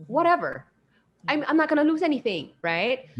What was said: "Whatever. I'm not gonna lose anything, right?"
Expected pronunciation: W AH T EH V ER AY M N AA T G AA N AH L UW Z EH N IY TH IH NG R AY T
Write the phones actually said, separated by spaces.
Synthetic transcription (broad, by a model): W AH T EH V ER AY M N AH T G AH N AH L UW Z EH N IY TH IH NG R AY T